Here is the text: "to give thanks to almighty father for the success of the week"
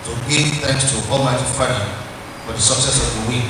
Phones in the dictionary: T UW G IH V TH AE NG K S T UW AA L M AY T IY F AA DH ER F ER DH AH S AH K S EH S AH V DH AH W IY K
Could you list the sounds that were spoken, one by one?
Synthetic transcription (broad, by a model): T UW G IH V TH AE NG K S T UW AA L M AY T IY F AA ER F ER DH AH S AH K S EH S AH V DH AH W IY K